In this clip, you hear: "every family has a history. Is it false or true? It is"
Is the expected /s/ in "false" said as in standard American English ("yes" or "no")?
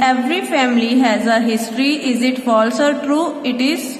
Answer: yes